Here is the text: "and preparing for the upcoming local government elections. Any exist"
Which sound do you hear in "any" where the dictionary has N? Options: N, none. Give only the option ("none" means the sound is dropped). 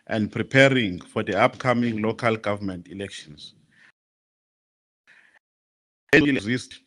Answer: none